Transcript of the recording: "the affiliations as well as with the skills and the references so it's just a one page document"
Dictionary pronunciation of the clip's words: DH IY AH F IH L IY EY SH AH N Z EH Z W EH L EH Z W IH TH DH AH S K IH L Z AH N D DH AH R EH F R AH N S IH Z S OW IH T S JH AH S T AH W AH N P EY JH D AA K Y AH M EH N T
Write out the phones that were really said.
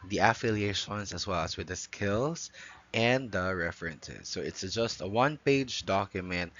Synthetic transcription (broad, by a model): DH IY AH F IH L IY EY SH AH N Z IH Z W EH L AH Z W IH DH AH S K IH L Z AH N DH AH R EH F R AH N S IH Z S OW IH T S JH AH S T AH W AH N P EY JH D AA K Y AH M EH N T